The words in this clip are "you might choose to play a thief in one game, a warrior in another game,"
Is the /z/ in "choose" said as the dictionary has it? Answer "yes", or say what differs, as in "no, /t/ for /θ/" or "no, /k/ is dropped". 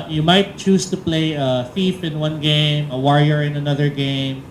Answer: no, /s/ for /z/